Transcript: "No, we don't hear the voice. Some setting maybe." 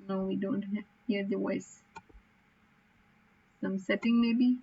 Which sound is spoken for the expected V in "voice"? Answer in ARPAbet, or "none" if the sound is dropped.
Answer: W